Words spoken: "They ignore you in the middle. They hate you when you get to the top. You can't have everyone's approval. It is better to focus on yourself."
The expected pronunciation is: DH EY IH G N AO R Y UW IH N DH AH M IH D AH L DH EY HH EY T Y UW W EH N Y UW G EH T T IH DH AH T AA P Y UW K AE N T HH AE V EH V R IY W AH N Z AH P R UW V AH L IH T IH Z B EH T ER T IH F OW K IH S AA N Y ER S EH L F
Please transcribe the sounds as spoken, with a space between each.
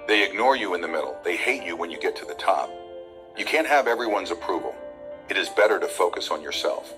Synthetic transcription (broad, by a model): DH EY IH G N AO R Y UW IH N DH AH M IH D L DH EY HH EY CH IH W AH N Y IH G EH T T IH DH AH T AA P Y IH K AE N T HH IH V EH V R IY W AH N Z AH P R UW V L IH T IH Z B EH T ER T IH F OW K IH S N Y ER S EH L F